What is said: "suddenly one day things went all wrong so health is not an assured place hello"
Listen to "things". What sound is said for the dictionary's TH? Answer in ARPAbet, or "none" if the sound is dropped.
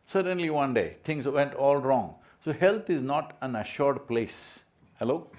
T